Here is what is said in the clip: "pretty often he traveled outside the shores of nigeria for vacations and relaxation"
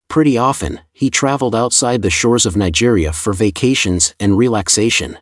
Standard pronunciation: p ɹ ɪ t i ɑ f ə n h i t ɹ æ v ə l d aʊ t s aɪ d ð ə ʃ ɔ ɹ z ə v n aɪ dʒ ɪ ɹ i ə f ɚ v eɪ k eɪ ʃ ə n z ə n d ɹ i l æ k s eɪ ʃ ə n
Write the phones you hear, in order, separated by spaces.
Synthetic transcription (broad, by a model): p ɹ ɪ t i ɑ f ə n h i t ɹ æ v l d aʊ t s aɪ d ð ə ʃ ɔ ɹ z ə v n aɪ dʒ ɪ ɹ i ə f ɚ v eɪ k eɪ ʃ ə n z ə n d ɹ i l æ k s eɪ ʃ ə n